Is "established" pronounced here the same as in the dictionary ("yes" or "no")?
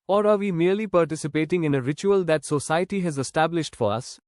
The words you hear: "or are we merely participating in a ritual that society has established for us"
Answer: yes